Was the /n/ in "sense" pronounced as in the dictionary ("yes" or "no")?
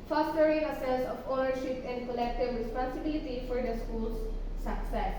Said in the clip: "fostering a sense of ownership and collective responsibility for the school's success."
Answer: no